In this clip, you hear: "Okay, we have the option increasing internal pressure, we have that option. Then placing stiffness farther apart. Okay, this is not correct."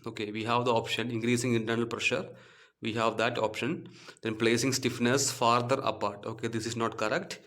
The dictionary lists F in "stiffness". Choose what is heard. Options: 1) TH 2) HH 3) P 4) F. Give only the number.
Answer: 4